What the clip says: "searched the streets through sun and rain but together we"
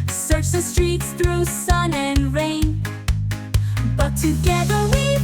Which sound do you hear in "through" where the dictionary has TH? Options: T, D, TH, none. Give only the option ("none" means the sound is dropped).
TH